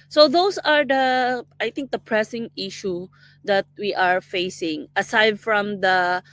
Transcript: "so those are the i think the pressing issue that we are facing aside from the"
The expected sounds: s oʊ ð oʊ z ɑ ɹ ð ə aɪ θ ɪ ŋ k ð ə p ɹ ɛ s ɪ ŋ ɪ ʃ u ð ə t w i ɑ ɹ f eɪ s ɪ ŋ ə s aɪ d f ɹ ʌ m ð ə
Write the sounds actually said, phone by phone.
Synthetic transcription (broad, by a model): s oʊ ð oʊ s ɑ ɹ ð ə aɪ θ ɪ ŋ k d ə p ɹ ɛ s ɪ ŋ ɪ ʃ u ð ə t w i ɑ ɹ f eɪ s ɪ ŋ ə s aɪ d f ɹ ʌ m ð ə